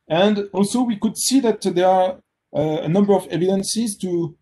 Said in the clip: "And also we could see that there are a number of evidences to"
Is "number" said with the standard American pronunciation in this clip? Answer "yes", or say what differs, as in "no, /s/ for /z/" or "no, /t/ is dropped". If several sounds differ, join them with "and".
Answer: yes